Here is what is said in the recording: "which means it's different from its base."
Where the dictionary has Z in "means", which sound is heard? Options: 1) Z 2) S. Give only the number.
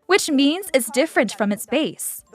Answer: 1